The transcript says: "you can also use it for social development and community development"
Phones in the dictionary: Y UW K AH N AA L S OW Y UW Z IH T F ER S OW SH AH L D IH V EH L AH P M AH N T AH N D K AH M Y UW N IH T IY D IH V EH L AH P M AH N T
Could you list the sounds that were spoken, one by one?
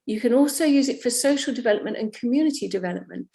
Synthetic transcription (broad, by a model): Y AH K AH N AA L S OW Y UW Z IH T F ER S OW SH AH L D IH V EH L AH P M AH N T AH N K AH M Y UW N IH T IY D IH V EH L AH P M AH N T